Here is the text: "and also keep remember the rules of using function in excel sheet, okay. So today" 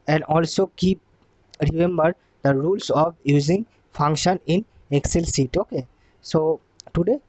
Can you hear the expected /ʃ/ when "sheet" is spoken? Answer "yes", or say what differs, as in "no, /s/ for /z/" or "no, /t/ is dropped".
no, /s/ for /ʃ/